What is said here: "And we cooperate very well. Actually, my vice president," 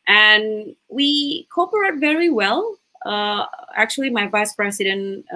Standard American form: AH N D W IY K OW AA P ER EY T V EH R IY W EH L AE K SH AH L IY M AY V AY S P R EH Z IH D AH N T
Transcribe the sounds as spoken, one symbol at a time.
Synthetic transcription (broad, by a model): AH N W IY K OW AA P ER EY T V EH R IY W EH L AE K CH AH L IY M AY V AY S P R EH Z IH D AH N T